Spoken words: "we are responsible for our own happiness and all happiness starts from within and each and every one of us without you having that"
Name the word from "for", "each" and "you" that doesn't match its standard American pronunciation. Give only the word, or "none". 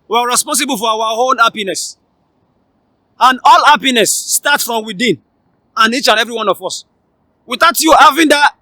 for